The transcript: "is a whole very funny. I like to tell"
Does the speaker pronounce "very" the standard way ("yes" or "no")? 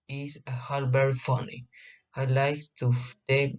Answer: no